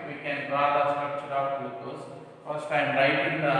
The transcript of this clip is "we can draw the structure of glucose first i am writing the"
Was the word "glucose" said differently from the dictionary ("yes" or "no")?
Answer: yes